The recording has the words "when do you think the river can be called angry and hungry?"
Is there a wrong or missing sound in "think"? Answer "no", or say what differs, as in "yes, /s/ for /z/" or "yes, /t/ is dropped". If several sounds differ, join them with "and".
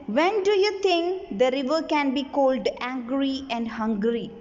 yes, /t/ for /θ/